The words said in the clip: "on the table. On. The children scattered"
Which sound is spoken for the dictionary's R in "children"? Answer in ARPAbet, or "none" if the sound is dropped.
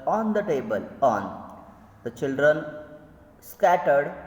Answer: R